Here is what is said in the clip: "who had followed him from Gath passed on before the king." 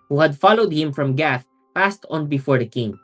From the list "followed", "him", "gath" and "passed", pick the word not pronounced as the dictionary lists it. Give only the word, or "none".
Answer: none